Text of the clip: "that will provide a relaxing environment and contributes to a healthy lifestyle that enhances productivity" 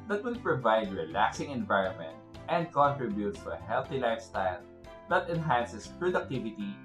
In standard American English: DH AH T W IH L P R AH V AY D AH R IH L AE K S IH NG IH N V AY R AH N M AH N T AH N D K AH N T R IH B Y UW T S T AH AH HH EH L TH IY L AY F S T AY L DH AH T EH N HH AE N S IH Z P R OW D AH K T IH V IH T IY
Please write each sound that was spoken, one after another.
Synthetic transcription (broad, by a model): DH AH T W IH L P R AH V AY D R IH L AE K S IH NG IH N V AY R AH N M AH N T AH N D K AH N T R IH B Y UW T S T AH AH HH EH L TH IY L AY F S T AY L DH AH T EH N HH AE N S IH S P R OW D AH K T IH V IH T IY